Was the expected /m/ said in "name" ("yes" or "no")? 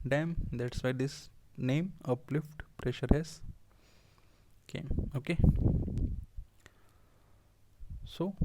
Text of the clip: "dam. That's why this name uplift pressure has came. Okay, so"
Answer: yes